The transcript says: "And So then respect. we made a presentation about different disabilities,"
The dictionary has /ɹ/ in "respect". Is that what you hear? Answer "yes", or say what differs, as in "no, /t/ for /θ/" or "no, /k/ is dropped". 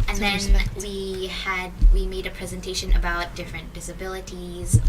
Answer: no, /w/ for /ɹ/